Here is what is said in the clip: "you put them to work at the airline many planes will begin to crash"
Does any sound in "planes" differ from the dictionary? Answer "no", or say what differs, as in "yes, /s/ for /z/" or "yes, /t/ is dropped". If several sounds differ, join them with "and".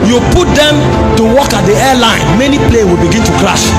yes, /z/ is dropped